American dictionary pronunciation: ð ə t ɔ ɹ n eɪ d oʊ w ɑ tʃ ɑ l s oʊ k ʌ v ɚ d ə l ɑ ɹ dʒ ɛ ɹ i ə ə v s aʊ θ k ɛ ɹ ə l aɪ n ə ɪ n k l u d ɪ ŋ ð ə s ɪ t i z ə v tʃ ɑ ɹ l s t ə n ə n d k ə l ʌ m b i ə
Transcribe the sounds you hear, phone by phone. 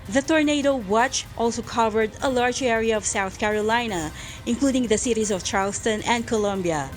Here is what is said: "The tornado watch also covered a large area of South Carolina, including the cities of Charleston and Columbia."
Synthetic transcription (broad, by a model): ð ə t ɔ ɹ n eɪ d oʊ w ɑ tʃ ɑ l s oʊ k ʌ v ɚ d ə l ɑ ɹ dʒ ɛ ɹ i ə ə v s aʊ θ k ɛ ɹ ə l aɪ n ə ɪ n k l u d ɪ ŋ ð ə s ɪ t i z ə v tʃ ɑ ɹ l s t ə n ə n d k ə l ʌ m b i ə